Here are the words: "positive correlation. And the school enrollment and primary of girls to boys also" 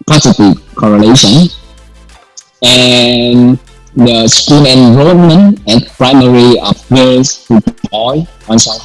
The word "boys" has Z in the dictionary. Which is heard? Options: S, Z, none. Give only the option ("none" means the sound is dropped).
none